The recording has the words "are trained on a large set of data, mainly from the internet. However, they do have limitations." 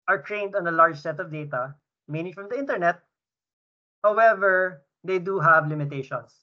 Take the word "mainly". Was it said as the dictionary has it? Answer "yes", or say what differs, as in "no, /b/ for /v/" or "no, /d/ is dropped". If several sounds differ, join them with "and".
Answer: no, /l/ is dropped